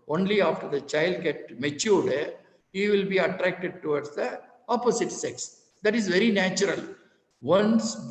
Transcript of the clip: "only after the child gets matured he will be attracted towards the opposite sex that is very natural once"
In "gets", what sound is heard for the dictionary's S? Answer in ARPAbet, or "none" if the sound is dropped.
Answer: none